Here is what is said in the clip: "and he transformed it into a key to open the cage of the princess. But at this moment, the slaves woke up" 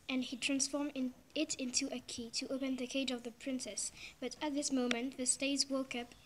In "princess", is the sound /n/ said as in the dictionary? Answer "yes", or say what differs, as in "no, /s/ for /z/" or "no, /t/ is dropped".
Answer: yes